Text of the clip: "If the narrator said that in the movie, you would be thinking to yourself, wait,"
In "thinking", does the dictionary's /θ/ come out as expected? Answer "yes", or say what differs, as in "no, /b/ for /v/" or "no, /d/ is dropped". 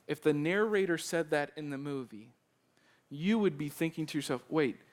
yes